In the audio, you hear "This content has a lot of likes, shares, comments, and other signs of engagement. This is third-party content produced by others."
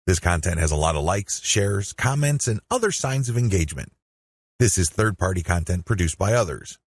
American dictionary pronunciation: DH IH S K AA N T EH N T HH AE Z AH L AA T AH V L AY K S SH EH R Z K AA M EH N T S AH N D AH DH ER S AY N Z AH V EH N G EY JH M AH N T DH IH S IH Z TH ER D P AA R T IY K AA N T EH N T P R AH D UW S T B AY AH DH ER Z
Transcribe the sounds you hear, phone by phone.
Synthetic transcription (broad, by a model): DH IH S K AA N T EH N T HH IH Z AH L AA T AH V L AY K S SH EH R Z K AA M EH N T S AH N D AH DH ER S AY N Z AH V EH N G EY JH M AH N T DH IH S IH Z TH ER D P AA R T IY K AA N T EH N P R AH D UW S B AY AH DH ER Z